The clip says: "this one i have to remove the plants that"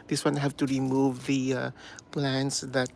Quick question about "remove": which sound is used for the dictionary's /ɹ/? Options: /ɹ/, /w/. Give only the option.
/ɹ/